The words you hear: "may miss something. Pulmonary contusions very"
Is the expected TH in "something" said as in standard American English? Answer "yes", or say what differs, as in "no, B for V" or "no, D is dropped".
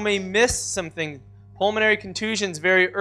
yes